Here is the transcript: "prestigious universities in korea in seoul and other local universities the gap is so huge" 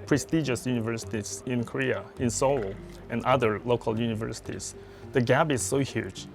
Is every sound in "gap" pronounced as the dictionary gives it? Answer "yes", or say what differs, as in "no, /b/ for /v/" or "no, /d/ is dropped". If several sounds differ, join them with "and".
no, /b/ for /p/